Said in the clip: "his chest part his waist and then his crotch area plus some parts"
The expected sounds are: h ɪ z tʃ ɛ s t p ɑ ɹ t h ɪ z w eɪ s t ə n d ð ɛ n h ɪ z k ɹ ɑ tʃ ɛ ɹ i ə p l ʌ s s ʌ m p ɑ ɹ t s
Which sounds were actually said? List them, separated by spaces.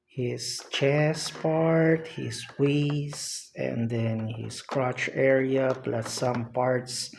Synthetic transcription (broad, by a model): h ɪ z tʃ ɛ s p ɑ ɹ t h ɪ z w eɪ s ə n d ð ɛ n h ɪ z k ɹ ɑ tʃ ɛ ɹ i ə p l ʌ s s ʌ m p ɑ ɹ t s